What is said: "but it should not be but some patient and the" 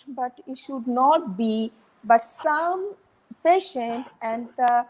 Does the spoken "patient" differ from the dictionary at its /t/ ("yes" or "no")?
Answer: no